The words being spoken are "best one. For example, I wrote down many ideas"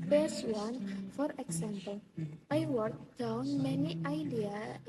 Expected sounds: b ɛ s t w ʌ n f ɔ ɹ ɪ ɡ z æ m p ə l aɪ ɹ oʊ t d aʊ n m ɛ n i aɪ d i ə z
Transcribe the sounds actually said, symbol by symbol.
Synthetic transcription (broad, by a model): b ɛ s w ʌ n f ɔ ɹ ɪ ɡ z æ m p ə l aɪ w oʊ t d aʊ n m ɛ n i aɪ d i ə